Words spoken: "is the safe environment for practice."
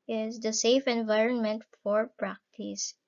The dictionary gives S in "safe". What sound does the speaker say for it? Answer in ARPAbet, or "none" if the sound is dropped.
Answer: S